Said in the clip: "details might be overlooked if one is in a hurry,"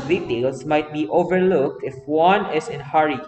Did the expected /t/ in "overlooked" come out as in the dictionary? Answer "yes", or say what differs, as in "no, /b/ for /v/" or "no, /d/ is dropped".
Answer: yes